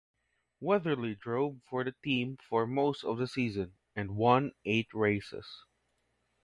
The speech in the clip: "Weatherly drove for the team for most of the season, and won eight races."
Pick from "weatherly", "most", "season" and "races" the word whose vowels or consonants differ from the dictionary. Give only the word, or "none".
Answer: races